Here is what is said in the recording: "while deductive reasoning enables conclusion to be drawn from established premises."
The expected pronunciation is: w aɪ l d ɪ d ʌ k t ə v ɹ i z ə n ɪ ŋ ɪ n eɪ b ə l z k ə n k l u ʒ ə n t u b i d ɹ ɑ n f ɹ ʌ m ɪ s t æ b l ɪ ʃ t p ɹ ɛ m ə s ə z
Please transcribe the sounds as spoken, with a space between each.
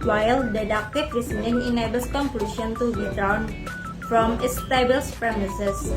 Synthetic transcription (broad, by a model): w aɪ l d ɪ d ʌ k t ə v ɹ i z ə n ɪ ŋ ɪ n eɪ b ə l s k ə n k l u ʃ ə n t u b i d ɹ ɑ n f ɹ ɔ m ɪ s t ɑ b ɪ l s p ɹ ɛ m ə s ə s